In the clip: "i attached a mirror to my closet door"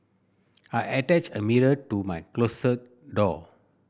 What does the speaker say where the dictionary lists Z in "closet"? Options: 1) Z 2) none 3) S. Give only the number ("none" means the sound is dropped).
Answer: 3